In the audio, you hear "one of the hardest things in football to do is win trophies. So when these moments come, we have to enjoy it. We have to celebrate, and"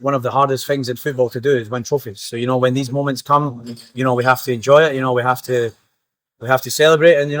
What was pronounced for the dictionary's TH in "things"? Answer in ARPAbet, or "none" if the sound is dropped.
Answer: TH